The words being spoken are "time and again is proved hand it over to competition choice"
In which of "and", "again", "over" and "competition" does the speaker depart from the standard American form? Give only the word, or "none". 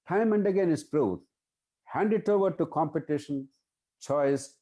none